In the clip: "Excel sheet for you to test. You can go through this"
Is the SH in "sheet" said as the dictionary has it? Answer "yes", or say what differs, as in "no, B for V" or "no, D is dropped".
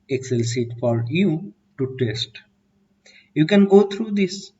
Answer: no, S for SH